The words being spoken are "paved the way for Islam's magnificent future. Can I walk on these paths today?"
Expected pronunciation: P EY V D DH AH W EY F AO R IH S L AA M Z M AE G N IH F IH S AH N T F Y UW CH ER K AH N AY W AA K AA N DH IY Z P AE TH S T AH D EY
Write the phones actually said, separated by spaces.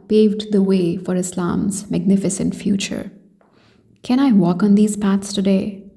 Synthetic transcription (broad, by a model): P EY V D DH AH W EY F AO R IH S L AA M Z M AE G N IH F IH S AH N T F Y UW CH ER K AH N AY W AA K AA N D IY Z P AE T S T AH D EY